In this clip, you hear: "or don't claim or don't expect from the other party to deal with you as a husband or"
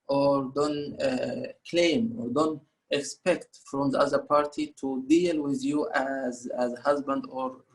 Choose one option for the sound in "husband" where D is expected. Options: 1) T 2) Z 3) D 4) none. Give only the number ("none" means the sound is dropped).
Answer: 3